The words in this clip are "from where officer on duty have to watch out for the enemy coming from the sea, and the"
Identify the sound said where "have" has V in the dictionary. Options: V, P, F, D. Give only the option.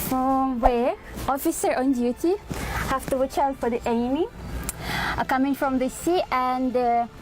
F